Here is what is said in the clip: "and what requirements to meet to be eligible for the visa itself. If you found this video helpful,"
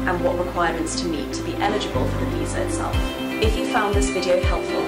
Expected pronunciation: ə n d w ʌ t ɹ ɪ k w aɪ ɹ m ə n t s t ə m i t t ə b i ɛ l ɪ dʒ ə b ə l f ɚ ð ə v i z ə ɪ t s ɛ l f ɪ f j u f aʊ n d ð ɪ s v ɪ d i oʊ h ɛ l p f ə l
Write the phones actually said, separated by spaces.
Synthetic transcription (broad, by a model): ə n w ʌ t ɹ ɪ k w aɪ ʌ m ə n t s t ə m i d t ə b i ɛ l ɪ dʒ ə b ə l f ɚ ð ə p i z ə ɪ t s ɛ l f ɪ f j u f aʊ n ð ɪ s v ɪ d i oʊ h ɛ l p f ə l